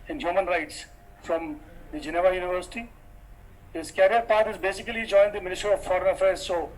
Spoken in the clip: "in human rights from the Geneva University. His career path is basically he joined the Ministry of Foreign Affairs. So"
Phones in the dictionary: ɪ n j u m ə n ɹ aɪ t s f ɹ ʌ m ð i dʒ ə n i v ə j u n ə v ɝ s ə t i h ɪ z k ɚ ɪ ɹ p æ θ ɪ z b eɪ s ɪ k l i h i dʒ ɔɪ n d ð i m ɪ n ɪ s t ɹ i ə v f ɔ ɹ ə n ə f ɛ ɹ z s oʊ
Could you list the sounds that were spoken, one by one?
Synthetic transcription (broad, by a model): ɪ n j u m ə n ɹ aɪ t s f ɹ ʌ m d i dʒ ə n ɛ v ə j u n ə v ɝ s ə t i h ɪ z k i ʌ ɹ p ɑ t ɪ z b eɪ s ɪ k i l i dʒ ɔɪ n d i m ɪ n ɪ s t ɹ i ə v f ɔ ɹ ə n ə f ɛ ɹ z s oʊ